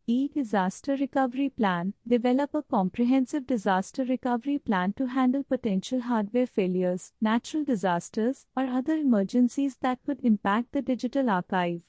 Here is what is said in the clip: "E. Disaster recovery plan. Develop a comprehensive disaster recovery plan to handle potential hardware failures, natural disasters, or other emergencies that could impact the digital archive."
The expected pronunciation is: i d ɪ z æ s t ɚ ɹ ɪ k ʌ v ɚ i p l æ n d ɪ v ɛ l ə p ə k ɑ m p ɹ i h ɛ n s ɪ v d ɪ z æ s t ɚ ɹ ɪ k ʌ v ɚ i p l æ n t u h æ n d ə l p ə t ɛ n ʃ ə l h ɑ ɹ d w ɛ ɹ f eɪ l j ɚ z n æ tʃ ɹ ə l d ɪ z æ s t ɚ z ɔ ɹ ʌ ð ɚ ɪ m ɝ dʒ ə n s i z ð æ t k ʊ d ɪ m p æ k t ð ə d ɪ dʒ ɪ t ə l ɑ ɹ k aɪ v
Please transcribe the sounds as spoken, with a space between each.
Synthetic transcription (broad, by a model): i d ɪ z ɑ s t ɚ ɹ ɪ k ʌ v ɚ i p l æ n d ɪ v ɛ l ə p ə k ɑ m p ɹ i h ɛ n s ɪ v d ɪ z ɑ s t ɚ ɹ ɪ k ʌ v ɚ i p l æ n t u h æ n d ə l p ə t ɛ n ʃ ə l h ɑ ɹ d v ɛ ɹ f eɪ l j ɚ z n æ tʃ ɹ ə l d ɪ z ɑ s t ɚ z ɔ ɹ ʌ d ɚ ɪ m ɝ dʒ ə n s i z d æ t k ʊ d ɪ m p æ k t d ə d ɪ dʒ ɪ t ə l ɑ ɹ k aɪ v